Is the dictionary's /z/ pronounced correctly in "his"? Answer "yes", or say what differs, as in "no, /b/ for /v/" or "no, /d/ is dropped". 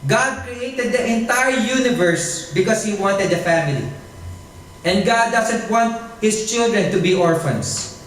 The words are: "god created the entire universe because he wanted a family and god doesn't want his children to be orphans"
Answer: no, /s/ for /z/